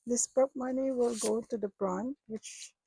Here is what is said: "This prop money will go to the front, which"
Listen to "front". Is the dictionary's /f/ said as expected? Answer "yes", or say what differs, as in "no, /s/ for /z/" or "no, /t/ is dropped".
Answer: no, /p/ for /f/